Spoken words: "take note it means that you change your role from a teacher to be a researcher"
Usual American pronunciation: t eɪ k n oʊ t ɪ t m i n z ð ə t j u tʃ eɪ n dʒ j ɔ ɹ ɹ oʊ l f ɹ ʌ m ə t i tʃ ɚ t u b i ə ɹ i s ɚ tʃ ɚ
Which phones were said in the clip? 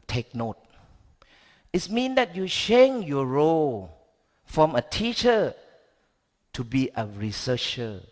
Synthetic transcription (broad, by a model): t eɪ k n oʊ t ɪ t m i n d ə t j u ʃ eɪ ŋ j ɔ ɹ ɹ oʊ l f ɹ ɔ m ə t i tʃ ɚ t u b i ə ɹ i s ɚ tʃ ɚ